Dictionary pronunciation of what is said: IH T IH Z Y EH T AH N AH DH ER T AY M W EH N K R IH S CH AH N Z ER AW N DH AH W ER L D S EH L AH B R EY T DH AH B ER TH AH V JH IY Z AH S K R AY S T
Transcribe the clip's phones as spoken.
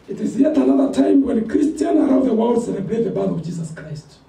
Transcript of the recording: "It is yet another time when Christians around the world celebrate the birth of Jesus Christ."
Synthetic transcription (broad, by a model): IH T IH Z Y EH T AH N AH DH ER T AY M W EH N K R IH S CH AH N ER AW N DH AH W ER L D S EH N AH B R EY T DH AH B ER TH AH V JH IY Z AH S K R AY S T